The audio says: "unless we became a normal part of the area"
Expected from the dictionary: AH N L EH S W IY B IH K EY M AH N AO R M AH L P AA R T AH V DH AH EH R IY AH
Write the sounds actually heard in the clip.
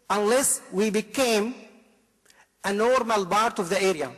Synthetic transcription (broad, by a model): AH N L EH S W IY B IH K EY M AH N AO R M AH L B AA R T AH V DH AH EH R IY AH